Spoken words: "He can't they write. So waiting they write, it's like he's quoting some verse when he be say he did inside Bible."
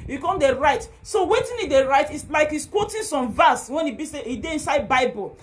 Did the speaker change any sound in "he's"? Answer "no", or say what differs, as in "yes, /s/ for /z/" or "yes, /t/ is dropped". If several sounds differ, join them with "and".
yes, /s/ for /z/